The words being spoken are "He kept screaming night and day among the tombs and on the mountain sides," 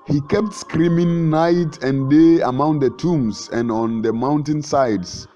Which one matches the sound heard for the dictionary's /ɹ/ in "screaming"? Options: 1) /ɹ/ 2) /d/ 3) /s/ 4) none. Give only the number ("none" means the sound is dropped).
1